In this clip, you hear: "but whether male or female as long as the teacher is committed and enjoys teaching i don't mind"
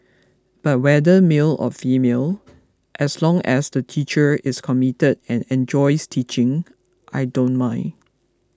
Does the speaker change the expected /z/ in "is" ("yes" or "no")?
yes